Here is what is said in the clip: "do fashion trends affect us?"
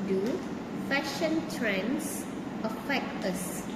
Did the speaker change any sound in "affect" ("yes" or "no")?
yes